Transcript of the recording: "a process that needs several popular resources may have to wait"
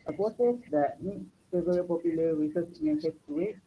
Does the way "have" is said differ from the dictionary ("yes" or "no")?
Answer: yes